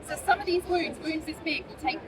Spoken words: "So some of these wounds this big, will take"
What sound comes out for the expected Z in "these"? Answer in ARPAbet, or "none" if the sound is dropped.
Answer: Z